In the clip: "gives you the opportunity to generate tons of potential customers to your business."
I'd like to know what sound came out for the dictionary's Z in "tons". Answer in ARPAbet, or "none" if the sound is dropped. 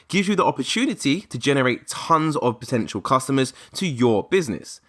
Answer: Z